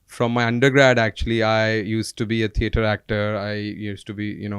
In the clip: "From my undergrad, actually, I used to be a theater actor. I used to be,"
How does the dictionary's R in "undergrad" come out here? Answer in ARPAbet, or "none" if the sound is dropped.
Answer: R